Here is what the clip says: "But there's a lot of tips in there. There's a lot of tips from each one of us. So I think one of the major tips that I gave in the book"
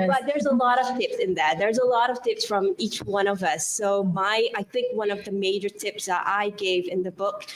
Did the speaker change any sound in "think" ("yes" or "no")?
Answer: no